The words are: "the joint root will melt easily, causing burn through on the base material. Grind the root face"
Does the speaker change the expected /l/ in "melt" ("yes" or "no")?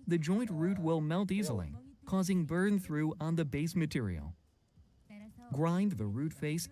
no